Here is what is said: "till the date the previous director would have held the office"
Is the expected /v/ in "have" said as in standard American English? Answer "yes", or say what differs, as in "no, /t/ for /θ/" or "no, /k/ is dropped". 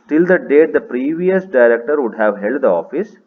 yes